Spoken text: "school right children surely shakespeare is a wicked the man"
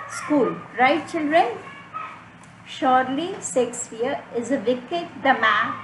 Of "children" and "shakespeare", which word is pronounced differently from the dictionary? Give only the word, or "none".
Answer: shakespeare